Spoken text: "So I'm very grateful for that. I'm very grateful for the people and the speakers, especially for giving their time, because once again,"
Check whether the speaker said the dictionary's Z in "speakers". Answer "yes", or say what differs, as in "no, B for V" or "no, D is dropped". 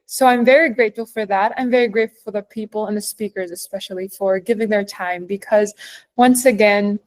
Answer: yes